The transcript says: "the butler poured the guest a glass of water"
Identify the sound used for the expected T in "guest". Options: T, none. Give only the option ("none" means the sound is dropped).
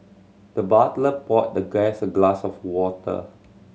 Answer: none